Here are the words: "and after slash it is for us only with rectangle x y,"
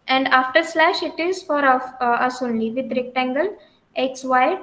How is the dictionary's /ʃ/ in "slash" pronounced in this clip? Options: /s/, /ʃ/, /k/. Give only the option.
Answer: /ʃ/